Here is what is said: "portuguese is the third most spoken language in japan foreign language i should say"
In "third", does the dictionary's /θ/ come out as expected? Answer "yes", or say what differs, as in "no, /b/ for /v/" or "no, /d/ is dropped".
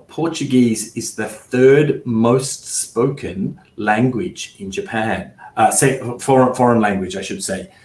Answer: yes